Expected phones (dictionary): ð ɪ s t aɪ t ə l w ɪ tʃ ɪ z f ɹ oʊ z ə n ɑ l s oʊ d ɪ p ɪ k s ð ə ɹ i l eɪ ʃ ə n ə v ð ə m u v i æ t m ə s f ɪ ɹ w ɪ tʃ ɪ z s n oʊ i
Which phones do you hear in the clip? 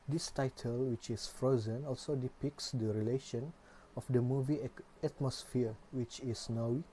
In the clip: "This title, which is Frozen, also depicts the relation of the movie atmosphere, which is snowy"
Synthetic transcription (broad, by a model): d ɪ s t aɪ t ə l w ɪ tʃ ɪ s f ɹ oʊ z ə n ɑ l s oʊ d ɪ p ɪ k s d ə ɹ i l eɪ ʃ ə n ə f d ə m u v i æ t m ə s f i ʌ w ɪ tʃ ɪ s n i